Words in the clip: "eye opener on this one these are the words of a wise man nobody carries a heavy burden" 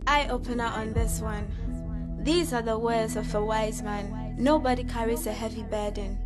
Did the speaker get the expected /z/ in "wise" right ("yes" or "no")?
yes